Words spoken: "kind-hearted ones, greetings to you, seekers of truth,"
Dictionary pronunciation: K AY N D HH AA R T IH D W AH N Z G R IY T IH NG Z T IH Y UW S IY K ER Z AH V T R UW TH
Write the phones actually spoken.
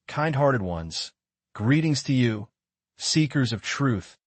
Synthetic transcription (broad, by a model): K AY N D HH AA R T IH D W AH N Z G R IY T IH NG Z T IH Y UW S IY K ER Z AH V T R UW TH